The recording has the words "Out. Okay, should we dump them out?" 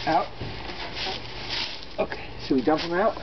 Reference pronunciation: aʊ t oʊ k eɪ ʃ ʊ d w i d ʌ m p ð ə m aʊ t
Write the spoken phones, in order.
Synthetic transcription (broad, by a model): aʊ t oʊ k eɪ s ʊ w i d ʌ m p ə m aʊ t